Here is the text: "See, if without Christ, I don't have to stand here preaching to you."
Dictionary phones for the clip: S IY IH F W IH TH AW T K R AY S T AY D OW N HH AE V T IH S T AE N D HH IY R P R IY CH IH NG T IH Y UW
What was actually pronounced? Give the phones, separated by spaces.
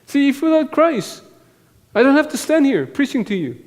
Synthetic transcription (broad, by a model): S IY IH F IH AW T K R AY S AY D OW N HH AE F T IH S T AE N D HH IY R P R IY CH IH NG T IH Y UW